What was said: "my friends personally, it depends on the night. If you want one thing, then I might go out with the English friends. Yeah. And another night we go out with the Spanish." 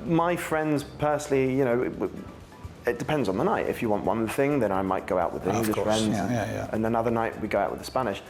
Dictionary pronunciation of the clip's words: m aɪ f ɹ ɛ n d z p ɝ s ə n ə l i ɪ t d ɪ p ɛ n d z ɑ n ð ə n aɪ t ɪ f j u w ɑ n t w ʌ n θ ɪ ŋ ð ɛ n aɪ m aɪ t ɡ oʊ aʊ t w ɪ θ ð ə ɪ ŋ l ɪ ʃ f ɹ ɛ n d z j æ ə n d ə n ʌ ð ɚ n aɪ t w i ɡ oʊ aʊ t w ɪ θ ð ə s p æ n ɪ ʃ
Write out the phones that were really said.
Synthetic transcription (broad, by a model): m aɪ f ɹ ɛ n d z p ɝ s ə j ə n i ɪ t d ɪ p ɛ n d z n ð ə n aɪ t ɪ f j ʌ w ɑ n t w ʌ n θ ɪ ŋ ð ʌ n aɪ m aɪ t ɡ oʊ aʊ t w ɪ ð ə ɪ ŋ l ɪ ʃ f ɹ ɛ n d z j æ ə n ə n ʌ ð ɚ n aɪ t w i ɡ oʊ aʊ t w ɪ ð ə s p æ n ɪ ʃ